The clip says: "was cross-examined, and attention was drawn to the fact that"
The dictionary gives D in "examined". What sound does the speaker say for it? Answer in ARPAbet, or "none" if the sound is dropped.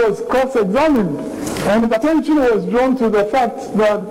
D